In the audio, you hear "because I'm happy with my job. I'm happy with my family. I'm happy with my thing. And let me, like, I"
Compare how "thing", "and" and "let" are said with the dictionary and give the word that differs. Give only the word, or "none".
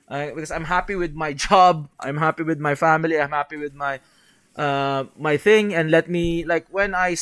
none